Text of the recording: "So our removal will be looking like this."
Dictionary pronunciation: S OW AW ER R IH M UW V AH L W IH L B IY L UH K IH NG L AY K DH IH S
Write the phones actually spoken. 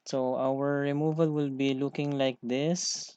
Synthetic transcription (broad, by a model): S OW AW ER R IH M UW V AH L W IH L B IY L UH K IH NG L AY K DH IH S